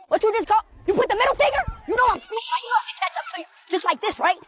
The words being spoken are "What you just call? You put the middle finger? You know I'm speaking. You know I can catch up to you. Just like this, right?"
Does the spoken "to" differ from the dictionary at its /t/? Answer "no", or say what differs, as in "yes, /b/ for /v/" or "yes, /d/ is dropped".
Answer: yes, /s/ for /t/